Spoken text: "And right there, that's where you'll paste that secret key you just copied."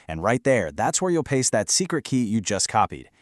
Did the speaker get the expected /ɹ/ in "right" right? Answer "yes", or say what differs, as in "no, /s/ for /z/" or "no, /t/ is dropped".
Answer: yes